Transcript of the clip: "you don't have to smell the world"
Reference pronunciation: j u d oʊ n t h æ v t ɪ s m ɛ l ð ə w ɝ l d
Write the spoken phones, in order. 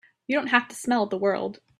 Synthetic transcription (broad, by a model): j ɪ d oʊ n t h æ f t ɪ s m ɛ l ð ə w ɝ l d